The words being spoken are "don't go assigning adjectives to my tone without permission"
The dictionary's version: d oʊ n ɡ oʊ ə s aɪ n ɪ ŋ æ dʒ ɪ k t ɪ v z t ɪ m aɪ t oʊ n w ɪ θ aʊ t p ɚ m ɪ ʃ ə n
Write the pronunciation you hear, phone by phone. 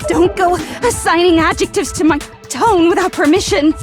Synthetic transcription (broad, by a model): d oʊ n ɡ oʊ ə s aɪ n ɪ ŋ æ dʒ ɪ k t ɪ v z t ɪ m aɪ t oʊ n w ɪ θ aʊ t p ɚ m ɪ ʃ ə n